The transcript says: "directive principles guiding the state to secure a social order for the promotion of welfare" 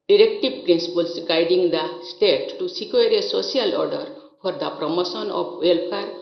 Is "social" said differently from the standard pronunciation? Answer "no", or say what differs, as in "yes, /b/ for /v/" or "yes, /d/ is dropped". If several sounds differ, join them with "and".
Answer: yes, /s/ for /ʃ/